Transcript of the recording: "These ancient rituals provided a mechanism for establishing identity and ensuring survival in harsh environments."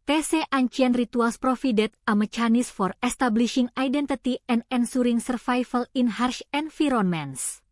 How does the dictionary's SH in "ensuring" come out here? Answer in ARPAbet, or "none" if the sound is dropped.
S